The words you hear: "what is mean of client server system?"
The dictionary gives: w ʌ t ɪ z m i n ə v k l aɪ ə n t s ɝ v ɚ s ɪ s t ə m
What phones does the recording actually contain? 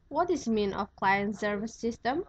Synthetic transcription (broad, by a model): w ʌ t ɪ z m i n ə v k l aɪ ə n t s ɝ v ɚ s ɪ s t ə m